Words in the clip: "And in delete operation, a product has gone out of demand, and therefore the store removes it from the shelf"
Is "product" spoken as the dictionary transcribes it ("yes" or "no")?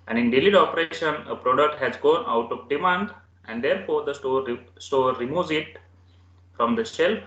yes